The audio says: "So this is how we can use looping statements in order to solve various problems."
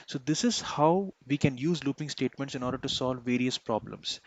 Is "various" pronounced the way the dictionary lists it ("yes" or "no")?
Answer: yes